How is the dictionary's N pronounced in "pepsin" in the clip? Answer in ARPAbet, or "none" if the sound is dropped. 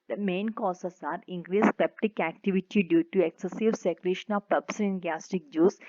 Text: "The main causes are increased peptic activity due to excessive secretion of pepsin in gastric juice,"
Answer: none